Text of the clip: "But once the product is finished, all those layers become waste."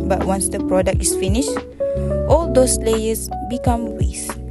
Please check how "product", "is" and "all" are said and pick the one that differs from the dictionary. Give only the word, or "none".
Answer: is